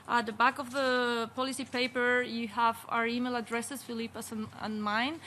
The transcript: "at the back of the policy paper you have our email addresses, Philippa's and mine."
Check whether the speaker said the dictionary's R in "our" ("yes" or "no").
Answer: yes